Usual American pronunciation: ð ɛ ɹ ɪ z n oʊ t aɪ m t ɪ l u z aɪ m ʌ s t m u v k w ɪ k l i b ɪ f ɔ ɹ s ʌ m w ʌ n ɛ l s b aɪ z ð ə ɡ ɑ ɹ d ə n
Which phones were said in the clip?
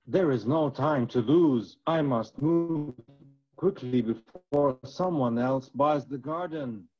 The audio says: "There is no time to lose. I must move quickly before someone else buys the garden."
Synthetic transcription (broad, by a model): ð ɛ ɹ ɪ z n oʊ t aɪ m t ɪ l u z aɪ m ʌ s t m u v k w ɪ k l i b ɪ f ɔ ɹ s ʌ m w ʌ n ɛ l s b aɪ z ð ə ɡ ɑ ɹ d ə n